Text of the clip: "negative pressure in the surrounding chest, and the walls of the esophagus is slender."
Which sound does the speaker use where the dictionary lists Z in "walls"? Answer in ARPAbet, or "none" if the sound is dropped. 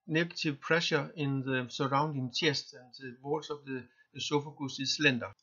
S